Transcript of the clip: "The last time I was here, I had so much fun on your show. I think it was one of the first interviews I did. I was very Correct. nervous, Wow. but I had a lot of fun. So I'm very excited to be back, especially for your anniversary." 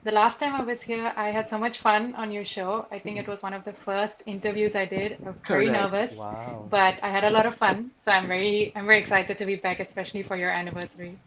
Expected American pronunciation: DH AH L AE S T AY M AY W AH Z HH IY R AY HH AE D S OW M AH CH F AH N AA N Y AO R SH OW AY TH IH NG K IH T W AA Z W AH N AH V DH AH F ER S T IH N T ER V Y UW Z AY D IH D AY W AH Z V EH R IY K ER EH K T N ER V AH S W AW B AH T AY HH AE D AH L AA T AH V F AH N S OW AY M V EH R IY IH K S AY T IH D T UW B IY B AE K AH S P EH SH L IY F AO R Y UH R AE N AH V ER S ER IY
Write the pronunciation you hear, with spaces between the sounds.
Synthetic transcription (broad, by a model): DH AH L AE S T AY M AY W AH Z HH IY R AY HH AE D S OW M AH CH F AH N AA N Y AO R SH OW AY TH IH NG K IH T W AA Z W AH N AH V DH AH F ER S T IH N T ER V Y UW Z AY D IH D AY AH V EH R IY N ER V AH S B AH T AY HH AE D AH L AA T AH V F AH N S OW AY M V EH R IY IH K S AY T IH D T UW B IY B AE K AH S P EH SH L IY F AO R Y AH R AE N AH V ER S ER IY